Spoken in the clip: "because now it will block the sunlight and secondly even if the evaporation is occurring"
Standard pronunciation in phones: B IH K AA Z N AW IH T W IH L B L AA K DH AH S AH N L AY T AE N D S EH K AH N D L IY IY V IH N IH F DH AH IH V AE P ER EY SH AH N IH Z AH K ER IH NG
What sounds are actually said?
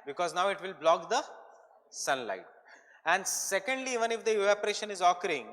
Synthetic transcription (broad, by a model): B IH K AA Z N AW IH T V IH L B L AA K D AH S AH N L AY T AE N D S EH K AH N D L IY IY V IH N IH F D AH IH AE P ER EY SH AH N IH Z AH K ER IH NG